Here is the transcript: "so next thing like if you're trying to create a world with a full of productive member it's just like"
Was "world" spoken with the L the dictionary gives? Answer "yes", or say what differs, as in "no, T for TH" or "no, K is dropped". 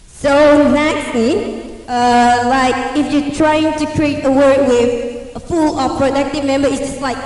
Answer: no, L is dropped